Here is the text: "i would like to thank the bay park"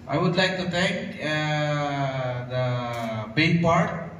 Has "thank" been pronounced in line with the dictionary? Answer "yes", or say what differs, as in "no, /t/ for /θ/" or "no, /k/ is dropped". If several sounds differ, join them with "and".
no, /t/ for /θ/